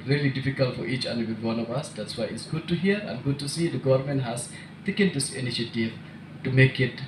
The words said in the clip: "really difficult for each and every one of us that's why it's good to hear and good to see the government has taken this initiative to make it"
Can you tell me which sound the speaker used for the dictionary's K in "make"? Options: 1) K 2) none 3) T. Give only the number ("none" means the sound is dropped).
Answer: 1